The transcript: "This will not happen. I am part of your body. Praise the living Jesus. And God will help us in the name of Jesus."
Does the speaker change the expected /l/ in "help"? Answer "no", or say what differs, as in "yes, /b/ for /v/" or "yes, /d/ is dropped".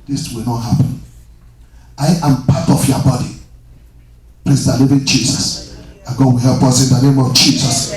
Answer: yes, /l/ is dropped